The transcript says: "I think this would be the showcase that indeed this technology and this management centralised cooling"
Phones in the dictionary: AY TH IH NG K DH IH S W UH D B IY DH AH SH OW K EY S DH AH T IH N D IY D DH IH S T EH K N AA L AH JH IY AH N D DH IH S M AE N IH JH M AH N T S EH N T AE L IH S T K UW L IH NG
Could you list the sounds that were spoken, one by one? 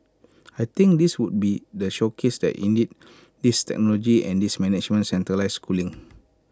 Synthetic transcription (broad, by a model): AY T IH NG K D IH S W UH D B IY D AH SH OW K EY S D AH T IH N D IY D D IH S T EH K N AA L AH JH IY AH N D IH S M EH N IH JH M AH N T S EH N T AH L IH S K UW L IH NG